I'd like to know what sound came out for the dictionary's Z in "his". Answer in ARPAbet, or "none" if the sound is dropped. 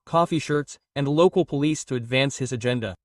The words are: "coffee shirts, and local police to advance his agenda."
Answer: Z